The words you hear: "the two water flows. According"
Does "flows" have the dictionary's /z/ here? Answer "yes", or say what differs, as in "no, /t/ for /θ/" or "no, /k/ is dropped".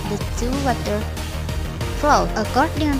no, /z/ is dropped